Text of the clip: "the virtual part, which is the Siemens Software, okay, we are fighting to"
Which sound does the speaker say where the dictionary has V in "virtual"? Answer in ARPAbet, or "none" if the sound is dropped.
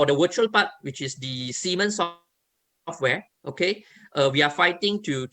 W